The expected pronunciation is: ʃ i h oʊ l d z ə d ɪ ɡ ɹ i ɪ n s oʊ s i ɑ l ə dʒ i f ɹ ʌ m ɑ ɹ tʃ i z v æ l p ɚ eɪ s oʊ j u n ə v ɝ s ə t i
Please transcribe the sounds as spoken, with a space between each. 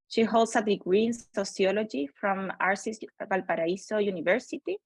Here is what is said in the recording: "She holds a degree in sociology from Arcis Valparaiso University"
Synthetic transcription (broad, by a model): ʃ i h oʊ l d s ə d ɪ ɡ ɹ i n s oʊ s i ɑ l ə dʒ i f ɹ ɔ m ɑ ɹ s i s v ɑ l p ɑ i s oʊ j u n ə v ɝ s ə t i